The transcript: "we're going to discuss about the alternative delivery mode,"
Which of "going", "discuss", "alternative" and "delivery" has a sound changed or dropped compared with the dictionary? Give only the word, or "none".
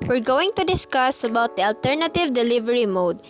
none